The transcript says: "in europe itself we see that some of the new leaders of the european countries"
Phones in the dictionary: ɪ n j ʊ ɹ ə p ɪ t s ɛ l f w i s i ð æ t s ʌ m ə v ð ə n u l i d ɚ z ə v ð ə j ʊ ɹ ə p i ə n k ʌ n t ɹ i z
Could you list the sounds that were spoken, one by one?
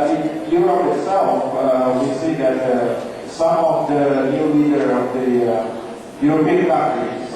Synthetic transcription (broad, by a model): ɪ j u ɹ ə ɪ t s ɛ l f w i s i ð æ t s ʌ m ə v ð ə n u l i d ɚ ə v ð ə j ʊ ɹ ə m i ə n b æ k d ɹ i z